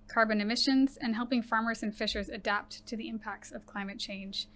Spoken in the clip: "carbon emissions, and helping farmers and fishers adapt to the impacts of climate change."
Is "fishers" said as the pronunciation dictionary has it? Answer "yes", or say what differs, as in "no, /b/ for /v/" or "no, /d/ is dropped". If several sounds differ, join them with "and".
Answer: yes